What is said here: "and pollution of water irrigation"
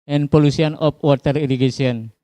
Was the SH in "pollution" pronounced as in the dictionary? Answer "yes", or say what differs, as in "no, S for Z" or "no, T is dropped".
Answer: no, S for SH